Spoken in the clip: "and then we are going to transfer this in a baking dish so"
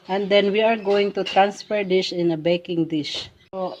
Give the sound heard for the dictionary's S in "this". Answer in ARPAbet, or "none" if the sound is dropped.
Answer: SH